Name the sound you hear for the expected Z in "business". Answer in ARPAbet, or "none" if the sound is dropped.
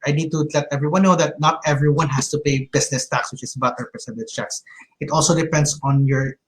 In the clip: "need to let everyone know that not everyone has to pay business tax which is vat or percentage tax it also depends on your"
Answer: S